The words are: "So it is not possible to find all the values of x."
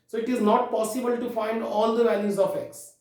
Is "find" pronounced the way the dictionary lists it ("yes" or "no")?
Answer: yes